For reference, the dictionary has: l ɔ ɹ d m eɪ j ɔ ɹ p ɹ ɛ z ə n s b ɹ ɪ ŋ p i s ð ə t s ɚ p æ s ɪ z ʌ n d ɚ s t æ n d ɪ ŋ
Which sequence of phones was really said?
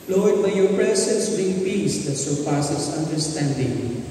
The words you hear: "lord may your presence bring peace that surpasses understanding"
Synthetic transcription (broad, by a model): l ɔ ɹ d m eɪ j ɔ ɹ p ɹ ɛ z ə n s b ɪ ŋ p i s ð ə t s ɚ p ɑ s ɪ s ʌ n d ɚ s t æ n d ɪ ŋ